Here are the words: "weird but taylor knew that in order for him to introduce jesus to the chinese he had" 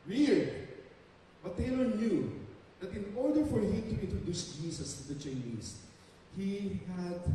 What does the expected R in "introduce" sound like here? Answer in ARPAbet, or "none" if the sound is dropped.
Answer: R